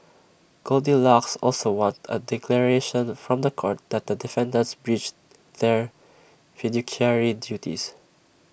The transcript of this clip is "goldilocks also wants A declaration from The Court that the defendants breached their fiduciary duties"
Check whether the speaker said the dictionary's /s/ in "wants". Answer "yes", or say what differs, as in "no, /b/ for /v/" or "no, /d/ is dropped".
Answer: no, /s/ is dropped